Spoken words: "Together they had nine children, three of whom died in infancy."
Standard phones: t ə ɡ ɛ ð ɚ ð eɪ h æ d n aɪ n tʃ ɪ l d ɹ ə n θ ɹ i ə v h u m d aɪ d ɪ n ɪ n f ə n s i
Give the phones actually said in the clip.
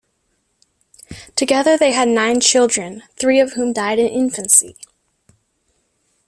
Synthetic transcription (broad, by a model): t ə ɡ ɛ ð ɚ ð eɪ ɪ d n aɪ n tʃ ɪ l d ɹ ə n θ ɹ i ə v h u m d aɪ d ɪ n ɪ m f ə n s i